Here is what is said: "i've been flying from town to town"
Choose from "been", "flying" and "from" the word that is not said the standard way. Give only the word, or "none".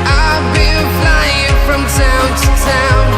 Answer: been